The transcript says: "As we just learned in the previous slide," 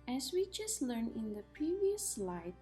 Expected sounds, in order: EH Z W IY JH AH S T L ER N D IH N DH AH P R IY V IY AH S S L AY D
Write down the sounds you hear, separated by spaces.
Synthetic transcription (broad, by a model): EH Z W IY JH AH S T L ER N IH N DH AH P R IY V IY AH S S L AY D